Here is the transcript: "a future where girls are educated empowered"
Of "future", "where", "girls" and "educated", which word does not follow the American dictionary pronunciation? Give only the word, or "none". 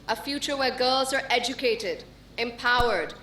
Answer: none